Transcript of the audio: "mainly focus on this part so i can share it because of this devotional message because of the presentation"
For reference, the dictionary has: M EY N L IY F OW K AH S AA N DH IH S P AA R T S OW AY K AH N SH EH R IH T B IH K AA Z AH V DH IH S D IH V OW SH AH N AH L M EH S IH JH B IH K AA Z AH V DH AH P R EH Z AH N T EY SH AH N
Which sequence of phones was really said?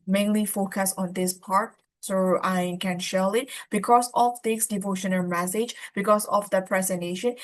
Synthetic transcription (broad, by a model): M EY N L IY F OW K AH S AA N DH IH S P AA R T S OW AY K AH N SH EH L IH T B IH K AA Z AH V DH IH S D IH V OW SH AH N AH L M EH S IH JH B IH K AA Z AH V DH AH P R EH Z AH N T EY SH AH N